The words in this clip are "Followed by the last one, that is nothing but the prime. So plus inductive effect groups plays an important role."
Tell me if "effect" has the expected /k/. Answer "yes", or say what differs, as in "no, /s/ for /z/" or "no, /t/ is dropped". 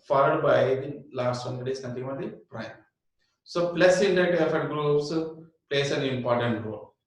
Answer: no, /k/ is dropped